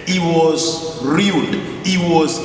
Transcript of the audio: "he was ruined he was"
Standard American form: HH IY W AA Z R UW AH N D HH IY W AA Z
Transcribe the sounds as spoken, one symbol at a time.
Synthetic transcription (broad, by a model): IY W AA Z R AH L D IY W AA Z